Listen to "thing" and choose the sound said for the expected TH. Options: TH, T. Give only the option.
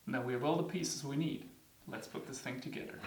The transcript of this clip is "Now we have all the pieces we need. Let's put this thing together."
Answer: TH